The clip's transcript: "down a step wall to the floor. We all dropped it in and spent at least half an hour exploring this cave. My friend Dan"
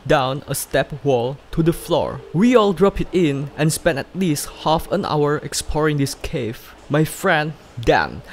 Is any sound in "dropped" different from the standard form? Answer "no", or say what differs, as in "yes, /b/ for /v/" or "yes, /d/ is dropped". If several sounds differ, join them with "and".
yes, /t/ is dropped